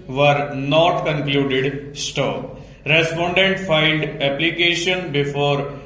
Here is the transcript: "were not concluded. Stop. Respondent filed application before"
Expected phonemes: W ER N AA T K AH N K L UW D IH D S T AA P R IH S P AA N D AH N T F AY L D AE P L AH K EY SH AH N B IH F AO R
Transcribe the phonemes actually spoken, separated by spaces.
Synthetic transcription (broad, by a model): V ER N AA T K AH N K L UW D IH D S T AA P R IH S P AA N D AH N T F AY N D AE P L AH K EY SH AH N B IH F AO R